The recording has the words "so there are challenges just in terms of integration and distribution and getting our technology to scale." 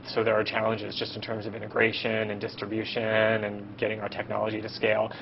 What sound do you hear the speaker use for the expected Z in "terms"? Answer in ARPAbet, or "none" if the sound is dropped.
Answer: Z